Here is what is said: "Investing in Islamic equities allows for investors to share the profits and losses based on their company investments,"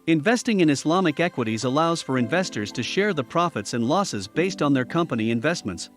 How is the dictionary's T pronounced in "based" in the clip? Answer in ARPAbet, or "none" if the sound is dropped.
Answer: T